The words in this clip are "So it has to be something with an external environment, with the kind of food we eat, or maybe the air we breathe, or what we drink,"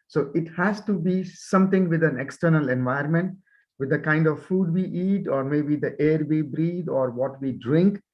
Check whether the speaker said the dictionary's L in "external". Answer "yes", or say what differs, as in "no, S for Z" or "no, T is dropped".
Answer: yes